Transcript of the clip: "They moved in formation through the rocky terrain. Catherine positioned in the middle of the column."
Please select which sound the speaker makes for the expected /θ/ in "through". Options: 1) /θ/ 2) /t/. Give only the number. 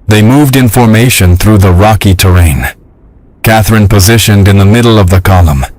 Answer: 1